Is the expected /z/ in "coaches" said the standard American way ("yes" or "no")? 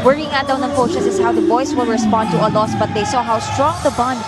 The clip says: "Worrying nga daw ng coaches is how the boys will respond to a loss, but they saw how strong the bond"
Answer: no